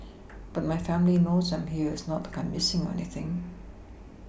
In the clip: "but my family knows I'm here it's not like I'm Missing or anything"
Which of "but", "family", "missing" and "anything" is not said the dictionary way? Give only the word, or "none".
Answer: none